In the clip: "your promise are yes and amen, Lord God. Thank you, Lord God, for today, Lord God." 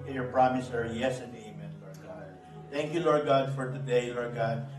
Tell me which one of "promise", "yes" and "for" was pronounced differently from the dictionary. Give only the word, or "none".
none